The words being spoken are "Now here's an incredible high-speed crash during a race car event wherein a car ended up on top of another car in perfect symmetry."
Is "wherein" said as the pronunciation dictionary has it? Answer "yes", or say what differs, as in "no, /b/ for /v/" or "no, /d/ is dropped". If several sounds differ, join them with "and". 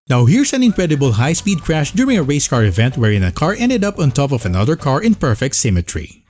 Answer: yes